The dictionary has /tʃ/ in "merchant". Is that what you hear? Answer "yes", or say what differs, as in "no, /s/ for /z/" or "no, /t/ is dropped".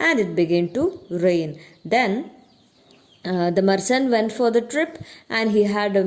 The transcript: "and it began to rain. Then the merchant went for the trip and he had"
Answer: no, /s/ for /tʃ/